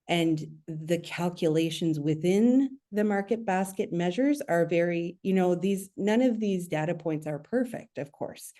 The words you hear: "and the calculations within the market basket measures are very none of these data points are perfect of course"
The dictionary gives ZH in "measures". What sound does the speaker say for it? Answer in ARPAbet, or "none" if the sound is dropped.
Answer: ZH